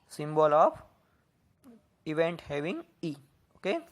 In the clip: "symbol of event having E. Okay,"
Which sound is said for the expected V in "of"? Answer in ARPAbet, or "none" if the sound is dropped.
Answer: P